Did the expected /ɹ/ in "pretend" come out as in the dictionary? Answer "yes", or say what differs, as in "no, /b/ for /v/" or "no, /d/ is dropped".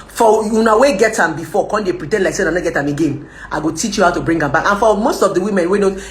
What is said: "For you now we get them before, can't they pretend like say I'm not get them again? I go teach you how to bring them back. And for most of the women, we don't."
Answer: yes